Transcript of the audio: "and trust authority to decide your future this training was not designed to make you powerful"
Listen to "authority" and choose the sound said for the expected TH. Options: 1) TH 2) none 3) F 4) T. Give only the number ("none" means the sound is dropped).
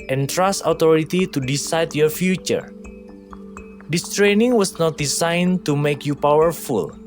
4